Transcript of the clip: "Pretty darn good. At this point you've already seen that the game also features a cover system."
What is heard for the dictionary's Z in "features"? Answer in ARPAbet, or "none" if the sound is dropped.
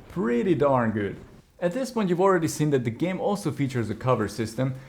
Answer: Z